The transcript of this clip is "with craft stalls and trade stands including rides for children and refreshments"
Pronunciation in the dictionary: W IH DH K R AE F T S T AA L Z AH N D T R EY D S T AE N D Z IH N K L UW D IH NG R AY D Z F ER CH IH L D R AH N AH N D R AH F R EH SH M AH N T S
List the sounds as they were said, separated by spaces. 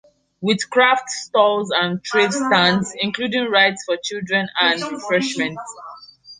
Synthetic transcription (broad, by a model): W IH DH K R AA F T S T AA L Z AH N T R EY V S T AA N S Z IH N K L UW D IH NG R AY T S F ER CH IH L D R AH N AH N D R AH F R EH SH M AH N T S